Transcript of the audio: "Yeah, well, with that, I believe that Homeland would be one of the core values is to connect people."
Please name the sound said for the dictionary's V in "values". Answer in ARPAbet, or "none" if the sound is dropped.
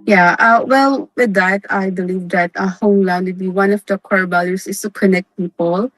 B